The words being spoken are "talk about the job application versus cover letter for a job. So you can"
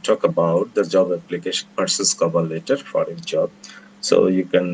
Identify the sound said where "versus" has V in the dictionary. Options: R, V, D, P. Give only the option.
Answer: P